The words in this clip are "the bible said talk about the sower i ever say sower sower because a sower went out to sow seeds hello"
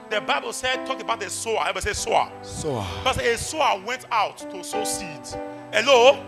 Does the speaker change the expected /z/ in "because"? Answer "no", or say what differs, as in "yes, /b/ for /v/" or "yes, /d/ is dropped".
yes, /z/ is dropped